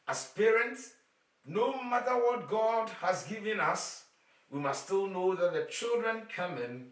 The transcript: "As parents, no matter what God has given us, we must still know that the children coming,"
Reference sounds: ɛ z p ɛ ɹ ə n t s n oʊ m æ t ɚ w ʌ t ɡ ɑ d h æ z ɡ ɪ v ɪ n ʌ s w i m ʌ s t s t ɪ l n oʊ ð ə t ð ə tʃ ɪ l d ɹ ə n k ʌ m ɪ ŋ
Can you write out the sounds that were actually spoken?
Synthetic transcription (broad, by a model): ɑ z p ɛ ɹ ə n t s n oʊ m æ t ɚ w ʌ t ɡ ɑ d h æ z ɡ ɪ v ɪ n ʌ s w i m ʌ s s t ɪ l n oʊ ð ə t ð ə tʃ ɪ l d ɹ ə n k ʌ m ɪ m